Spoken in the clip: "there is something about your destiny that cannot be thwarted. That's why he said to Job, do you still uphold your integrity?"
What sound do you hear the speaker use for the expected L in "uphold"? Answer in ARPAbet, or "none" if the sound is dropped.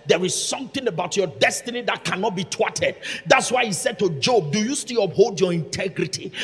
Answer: L